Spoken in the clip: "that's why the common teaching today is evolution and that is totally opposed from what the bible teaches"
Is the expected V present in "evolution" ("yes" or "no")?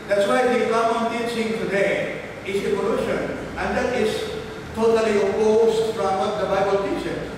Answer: no